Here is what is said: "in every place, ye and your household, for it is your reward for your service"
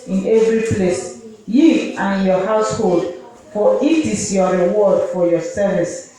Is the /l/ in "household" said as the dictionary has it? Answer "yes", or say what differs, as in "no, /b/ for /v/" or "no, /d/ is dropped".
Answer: yes